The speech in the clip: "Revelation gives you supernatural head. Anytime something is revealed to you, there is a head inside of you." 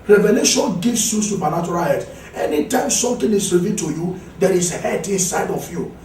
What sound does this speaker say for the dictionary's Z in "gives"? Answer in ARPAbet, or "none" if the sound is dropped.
S